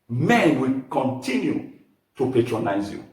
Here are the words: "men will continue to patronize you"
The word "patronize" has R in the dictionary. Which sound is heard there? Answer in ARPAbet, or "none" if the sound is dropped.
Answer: R